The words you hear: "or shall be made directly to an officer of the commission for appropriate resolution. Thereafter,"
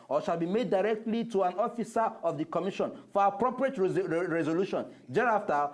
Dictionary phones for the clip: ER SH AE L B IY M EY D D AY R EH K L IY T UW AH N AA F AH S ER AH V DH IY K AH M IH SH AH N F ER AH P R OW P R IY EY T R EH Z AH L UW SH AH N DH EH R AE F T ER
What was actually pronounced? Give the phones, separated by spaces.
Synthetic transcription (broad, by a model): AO SH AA L B IY M EY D D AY R EH K L IY T UW AH N AA F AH S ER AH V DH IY K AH M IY SH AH N F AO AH P R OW P R IY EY T R EH Z AH L UW SH AH N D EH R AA F T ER